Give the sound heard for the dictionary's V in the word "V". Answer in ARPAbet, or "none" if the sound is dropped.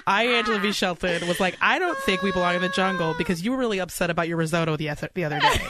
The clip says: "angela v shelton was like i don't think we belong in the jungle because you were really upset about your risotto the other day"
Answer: B